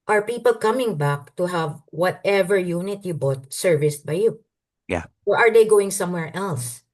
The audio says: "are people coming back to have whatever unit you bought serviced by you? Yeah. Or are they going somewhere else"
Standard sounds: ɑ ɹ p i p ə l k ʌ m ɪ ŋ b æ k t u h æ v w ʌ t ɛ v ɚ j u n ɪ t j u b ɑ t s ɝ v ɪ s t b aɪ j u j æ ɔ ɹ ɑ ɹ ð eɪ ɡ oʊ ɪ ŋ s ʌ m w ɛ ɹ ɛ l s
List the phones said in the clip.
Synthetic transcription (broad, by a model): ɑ ɹ p i p ə l k ʌ m ɪ ŋ b æ k t u h æ v w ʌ t ɛ v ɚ j u n ɪ t j u b ɑ t s ɝ v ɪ s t b aɪ j u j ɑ ɔ ɹ ɑ ɹ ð eɪ ɡ oʊ ɪ ŋ s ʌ m w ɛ ɹ ɛ l s